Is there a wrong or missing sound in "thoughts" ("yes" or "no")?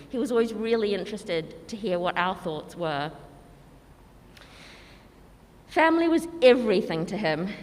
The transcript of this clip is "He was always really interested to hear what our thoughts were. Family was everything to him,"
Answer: no